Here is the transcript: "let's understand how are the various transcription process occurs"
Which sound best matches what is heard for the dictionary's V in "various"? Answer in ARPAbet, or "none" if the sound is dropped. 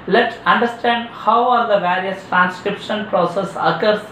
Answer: V